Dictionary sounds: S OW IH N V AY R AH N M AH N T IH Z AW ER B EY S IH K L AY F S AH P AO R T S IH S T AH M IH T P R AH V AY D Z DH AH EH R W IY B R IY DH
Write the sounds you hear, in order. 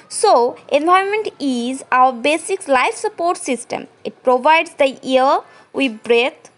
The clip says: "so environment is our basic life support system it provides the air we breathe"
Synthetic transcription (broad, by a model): S OW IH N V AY AH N M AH N T IH Z AW ER B EY S IH K L AY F S AH P AO R T S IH S T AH M IH T P R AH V AY D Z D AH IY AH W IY B R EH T